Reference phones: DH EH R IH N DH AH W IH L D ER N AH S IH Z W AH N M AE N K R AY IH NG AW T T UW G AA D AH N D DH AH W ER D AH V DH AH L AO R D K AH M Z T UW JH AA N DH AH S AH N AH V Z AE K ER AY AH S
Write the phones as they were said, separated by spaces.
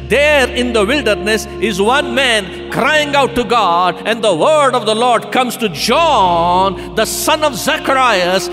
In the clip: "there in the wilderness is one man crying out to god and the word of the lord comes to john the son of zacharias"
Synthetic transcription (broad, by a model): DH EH R IH N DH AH W IH L D ER N AH S IH Z W AH N M AE N K R AY IH NG AW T T UW G AA D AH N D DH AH W ER D AH V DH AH L AO R D K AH M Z T UW JH AA N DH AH S AH N AH V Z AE K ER AY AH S